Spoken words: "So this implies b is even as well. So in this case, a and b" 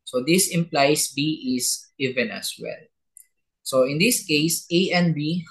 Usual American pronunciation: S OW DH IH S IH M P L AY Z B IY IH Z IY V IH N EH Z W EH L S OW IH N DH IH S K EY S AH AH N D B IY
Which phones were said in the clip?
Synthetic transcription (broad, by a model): S OW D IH S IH M P L AY S B IY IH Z IY V IH N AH S W EH L S OW IH N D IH S K EY S AH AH N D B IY